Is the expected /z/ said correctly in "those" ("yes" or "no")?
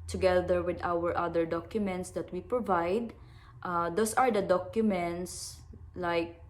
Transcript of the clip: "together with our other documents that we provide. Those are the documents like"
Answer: no